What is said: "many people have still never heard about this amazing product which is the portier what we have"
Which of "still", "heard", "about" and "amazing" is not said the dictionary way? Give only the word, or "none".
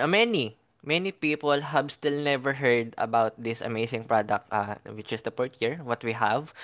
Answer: amazing